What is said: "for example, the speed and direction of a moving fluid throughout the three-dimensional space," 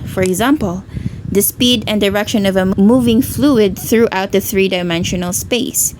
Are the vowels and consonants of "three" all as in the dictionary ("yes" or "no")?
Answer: yes